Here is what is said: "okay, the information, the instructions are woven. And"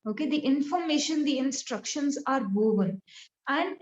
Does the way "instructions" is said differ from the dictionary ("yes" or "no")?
no